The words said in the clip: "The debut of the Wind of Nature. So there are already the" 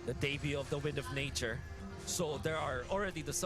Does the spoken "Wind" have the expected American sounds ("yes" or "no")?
yes